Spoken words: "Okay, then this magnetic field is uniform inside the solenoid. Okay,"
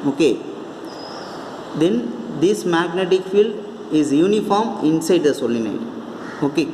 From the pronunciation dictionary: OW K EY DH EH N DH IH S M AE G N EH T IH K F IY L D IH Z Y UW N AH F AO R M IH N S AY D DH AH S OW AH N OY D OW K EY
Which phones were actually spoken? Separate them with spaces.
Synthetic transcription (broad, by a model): OW K EY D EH N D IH S M AE G N EH T IH K F IY L D IH Z Y UW N AH F AO R M IH N S AY D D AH S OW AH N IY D OW K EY